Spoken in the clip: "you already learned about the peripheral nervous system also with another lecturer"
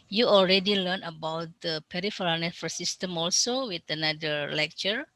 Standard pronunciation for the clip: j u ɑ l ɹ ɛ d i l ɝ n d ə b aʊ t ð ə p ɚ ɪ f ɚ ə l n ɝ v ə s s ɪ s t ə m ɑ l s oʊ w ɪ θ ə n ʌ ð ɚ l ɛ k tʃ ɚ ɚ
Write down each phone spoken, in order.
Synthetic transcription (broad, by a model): j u ɑ l ɹ ɛ d i l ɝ n ə b aʊ t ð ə p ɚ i f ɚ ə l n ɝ f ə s s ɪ s t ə m ɑ l s oʊ w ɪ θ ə n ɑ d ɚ l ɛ k tʃ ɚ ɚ